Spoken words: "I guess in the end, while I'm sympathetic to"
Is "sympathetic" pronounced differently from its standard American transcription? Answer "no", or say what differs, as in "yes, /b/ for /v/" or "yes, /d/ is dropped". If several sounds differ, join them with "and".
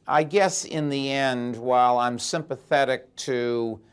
no